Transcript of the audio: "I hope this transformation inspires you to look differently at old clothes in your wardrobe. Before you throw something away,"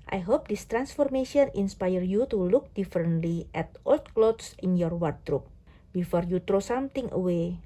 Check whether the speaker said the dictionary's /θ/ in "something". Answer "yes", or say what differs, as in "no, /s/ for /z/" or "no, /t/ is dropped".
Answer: no, /t/ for /θ/